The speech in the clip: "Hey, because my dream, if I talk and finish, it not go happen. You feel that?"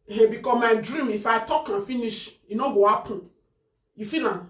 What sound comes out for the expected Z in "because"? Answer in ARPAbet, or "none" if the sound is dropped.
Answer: none